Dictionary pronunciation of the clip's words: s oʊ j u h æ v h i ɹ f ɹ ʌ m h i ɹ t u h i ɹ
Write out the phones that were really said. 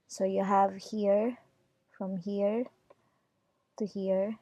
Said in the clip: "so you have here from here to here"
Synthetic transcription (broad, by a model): s oʊ j u h æ v h i ɹ f ɹ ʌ m h i ɹ t u h i ɹ